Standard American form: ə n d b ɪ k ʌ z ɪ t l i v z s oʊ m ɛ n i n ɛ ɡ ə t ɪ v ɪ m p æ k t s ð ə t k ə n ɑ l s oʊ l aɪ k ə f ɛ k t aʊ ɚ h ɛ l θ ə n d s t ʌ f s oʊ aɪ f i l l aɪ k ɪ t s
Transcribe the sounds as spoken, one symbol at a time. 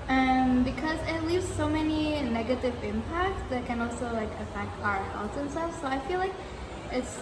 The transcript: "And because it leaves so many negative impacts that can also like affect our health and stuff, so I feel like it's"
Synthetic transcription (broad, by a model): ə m b ɪ k ʌ z ɪ t l i v z s oʊ m ɛ n i n ɛ ɡ ə t ɪ v ɪ m p æ k t s ð ə t k ə n ɑ l s oʊ l aɪ k ə f ɛ k t aʊ ɚ h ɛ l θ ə n s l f s oʊ aɪ f i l l aɪ k ɪ t s